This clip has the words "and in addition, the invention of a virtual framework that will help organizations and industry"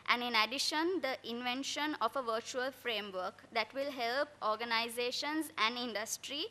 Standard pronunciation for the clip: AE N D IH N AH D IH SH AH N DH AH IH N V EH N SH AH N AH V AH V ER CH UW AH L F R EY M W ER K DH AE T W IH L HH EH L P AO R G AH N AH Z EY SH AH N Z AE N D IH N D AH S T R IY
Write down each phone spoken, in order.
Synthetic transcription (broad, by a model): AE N D IH N AH D IH SH AH N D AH IH N V EH N SH AH N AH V AH V ER CH UW AH L F R EY M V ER K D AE T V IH L HH EH L P AO R G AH N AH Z EY SH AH N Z AE N D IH N D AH S T R IY